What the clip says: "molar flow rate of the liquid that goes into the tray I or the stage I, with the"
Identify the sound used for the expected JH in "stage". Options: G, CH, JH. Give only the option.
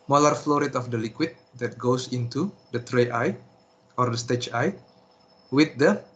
CH